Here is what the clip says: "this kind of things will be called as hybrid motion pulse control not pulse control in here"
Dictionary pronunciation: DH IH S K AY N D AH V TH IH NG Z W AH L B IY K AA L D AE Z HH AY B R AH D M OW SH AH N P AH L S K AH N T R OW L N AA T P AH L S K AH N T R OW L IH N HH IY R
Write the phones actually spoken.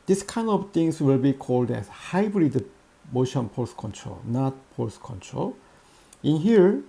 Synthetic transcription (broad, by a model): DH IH S K AY N D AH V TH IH NG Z W AH L B IY K AA L D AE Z HH AY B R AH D M OW SH AH N P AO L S K AH N T R OW L N AA T P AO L S K AH N T R OW L IH N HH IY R